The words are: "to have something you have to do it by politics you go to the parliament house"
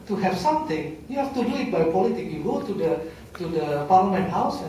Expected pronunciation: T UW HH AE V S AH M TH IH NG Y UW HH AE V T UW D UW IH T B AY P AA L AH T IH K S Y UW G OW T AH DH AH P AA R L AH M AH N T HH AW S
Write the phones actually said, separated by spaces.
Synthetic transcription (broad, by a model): T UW HH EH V S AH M T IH NG Y UW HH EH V T UW D UW IH T B AY P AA L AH T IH K Y UW G OW T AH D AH P AA R L AH M AH N T HH AW S